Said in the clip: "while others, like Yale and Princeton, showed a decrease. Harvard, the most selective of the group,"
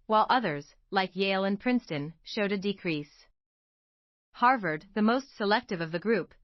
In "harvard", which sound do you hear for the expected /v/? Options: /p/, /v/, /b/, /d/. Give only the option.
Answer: /v/